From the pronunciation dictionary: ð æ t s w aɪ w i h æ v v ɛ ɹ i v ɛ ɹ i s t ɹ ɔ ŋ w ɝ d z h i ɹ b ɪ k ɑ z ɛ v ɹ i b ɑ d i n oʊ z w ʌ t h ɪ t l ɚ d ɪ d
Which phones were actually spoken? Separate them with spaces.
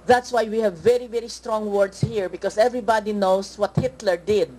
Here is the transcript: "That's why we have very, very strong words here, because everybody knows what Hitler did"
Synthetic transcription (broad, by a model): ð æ t s w aɪ w i h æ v v ɛ ɹ i v ɛ ɹ i s t ɹ ɔ ŋ w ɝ d s h i ɹ b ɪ k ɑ s ɛ v ɹ i b ɑ d i n oʊ s w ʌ t h ɪ t l ɚ d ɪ d